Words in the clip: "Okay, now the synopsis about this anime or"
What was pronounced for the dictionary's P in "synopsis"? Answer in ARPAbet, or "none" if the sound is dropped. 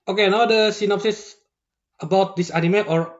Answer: P